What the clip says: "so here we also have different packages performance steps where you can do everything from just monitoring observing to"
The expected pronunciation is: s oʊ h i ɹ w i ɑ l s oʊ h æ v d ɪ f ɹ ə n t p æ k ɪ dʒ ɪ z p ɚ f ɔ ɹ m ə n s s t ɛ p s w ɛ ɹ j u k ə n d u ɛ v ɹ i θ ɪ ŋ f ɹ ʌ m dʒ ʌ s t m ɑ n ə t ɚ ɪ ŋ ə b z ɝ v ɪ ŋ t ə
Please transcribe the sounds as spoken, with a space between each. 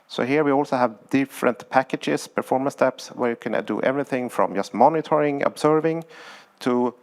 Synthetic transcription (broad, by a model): s oʊ h i ɹ w i ɑ l s oʊ h æ v d ɪ f ɹ ə n t p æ k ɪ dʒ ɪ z p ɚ f ɔ ɹ m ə n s s t ɛ p s w ɛ ɹ j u k ə n d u ɛ v ɹ i θ ɪ ŋ f ɹ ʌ m dʒ ʌ s t m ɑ n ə t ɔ ɪ ŋ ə b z ɝ v ɪ ŋ t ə